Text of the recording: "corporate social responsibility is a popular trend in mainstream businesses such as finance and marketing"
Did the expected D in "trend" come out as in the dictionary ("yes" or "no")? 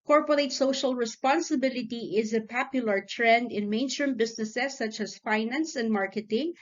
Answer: yes